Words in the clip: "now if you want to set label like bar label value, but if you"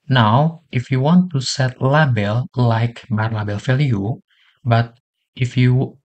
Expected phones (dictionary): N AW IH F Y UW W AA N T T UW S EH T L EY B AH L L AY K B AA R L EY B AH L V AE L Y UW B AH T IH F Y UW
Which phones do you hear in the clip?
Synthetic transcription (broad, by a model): N AW IH F Y UW W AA N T T UW S EH T L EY B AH L L AY K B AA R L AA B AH L F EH L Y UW B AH T IH F Y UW